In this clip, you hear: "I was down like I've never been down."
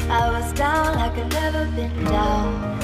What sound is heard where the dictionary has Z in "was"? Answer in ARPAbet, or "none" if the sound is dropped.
Z